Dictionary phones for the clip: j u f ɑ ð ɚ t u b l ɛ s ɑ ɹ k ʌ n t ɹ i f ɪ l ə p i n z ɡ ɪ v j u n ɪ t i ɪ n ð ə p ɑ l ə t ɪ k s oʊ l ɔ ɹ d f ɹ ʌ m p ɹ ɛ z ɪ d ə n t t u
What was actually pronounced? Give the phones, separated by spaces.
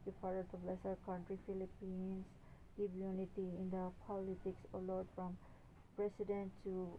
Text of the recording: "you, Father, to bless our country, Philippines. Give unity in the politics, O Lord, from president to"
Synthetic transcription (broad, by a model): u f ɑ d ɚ t u b l ɛ s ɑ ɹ k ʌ n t ɹ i f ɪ l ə p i n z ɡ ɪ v j u n ɪ t i ɪ n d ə p ɑ l ə t ɪ k s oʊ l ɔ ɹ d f ɹ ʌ m p ɹ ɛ s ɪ d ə n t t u